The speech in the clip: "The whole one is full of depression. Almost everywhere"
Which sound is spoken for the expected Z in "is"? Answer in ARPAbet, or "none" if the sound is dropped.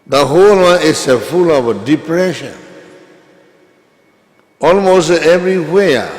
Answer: S